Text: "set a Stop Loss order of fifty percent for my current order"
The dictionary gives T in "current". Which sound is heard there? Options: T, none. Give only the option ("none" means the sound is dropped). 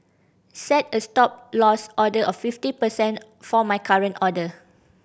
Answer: T